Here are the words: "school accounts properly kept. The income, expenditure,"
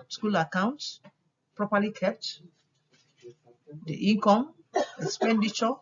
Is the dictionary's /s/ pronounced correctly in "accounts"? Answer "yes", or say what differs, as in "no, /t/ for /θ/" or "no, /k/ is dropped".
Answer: yes